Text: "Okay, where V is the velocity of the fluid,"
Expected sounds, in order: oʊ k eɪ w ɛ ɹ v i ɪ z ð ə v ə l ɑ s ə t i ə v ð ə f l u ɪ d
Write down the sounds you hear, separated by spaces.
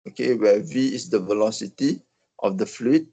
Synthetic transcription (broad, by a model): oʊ k eɪ w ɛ v i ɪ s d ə v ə l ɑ s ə t i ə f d ə f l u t